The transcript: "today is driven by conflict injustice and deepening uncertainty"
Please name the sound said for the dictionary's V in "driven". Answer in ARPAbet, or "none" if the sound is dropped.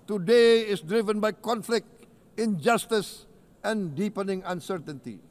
V